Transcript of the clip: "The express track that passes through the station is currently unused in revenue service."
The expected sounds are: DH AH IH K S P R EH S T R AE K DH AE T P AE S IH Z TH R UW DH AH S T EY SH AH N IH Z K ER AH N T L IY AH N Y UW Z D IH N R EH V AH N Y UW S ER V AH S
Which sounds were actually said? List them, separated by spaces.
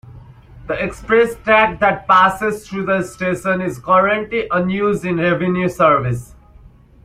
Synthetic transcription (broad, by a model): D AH IH K S P R EH S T AE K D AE T P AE S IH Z T R UW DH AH S T EY SH AH N IH Z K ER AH N T L IY AH N Y UW Z D IH N R EH V AH N Y UW S ER V AH S